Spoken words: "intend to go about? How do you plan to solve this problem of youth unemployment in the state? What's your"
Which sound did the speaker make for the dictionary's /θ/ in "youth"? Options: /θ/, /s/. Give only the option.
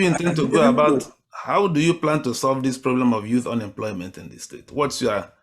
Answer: /θ/